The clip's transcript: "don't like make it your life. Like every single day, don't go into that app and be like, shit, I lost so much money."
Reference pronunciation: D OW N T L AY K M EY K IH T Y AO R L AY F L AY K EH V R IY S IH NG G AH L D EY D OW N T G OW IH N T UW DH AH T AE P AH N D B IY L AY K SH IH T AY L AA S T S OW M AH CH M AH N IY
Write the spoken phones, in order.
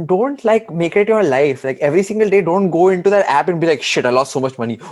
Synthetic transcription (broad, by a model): D OW N T L AY K M EY K IH T Y AO R L AY F L AY K EH V R IY S IH NG G AH L D EY D OW N T G OW IH N T UW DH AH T AE P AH N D B IY L AY K SH IH T AY L AA S T S OW M AH CH M AH N IY